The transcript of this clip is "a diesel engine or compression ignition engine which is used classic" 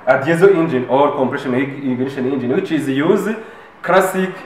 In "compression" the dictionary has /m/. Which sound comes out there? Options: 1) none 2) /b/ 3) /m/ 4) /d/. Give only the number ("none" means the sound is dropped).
3